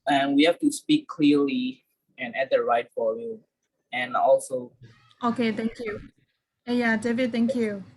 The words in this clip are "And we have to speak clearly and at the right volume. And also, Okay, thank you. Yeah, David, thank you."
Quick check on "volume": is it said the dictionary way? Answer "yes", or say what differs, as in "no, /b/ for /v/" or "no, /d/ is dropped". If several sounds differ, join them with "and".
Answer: no, /f/ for /v/ and /l/ is dropped and /m/ is dropped